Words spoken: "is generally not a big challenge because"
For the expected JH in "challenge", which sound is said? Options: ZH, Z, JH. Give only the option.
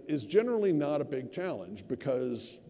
JH